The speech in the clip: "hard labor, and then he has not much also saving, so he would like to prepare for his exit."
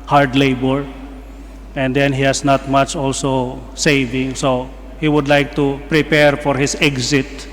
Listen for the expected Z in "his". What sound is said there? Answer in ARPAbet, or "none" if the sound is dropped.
S